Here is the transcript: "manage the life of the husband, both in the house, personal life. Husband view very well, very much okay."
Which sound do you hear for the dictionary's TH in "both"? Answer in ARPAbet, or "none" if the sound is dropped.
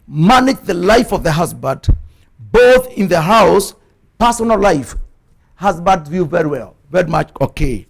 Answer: TH